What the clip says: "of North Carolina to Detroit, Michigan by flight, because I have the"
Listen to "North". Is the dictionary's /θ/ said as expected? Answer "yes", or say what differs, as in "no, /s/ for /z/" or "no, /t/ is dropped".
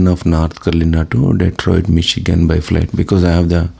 no, /t/ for /θ/